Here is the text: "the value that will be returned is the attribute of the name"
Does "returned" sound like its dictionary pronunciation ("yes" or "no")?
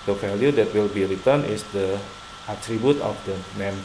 no